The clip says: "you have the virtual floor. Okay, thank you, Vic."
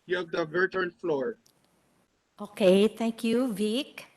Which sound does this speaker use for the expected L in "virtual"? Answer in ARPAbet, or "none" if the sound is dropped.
N